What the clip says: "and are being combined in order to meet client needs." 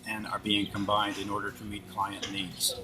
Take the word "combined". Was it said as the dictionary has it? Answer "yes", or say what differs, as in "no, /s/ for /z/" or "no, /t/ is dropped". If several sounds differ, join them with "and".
yes